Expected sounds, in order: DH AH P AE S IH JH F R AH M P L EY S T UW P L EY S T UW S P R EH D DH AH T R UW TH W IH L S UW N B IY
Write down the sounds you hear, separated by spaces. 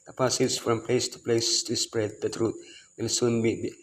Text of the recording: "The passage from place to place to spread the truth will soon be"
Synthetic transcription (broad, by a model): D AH P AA S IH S F R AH M P L EY S T UW P L EY S T UW S P R EH D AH T R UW T W IH L S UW N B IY